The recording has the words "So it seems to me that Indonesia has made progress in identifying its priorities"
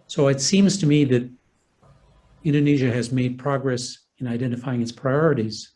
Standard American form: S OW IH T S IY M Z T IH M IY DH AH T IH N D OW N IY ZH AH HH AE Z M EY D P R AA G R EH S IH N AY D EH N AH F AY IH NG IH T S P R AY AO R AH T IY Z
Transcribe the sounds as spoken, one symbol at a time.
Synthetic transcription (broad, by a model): S OW IH T S IY M Z T IH M IY DH AH T IH N D OW N IY ZH AH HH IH Z M EY D P R AA G R EH S IH N AY D EH N AH F AY IH NG IH T S P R AY AO R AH T IY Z